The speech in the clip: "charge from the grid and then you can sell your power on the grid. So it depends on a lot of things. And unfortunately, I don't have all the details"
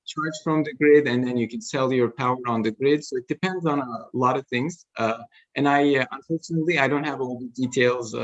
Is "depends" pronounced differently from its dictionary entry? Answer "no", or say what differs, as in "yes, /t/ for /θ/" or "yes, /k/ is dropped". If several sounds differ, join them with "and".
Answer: no